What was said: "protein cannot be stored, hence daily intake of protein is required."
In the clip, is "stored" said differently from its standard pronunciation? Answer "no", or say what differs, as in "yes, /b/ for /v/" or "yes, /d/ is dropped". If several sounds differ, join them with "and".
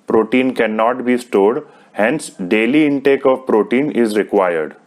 no